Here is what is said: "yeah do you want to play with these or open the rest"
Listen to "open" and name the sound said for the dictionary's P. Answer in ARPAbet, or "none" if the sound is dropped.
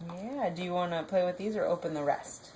P